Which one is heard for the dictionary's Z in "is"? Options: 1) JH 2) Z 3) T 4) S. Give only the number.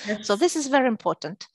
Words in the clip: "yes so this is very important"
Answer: 2